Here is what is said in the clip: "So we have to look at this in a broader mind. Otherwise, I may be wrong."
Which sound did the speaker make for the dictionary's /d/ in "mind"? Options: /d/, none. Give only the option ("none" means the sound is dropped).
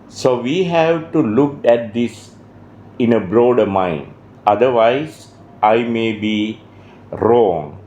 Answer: /d/